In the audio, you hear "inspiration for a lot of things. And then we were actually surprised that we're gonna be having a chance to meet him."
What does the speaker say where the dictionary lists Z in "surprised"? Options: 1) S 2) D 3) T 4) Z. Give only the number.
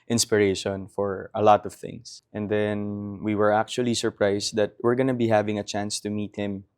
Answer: 1